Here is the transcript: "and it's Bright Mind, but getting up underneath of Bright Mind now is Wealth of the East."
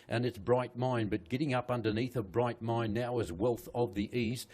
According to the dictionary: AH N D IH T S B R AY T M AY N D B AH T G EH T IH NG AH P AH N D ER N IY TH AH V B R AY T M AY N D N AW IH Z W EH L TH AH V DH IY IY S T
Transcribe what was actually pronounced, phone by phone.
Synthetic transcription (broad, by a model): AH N IH T S B R AY T M AY N B AH T G EH T IH NG AH P AH N D ER N IY TH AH B R AY T M AY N N AW IH Z W EH L TH AH V DH IY IY S T